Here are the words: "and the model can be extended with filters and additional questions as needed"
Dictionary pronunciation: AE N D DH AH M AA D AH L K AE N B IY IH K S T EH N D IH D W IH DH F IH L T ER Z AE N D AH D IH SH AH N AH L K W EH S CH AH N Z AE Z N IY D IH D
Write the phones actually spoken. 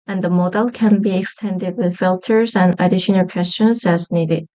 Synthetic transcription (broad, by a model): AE N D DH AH M AA D AH L K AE N B IY IH K S T EH N D IH D W IH DH F IH L T ER Z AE N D AH D IH SH AH N AH L K W EH S CH AH N Z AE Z N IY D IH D